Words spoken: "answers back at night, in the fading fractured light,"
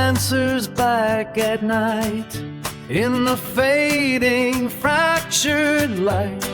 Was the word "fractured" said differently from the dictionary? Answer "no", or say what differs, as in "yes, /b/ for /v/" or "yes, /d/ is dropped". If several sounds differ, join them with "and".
no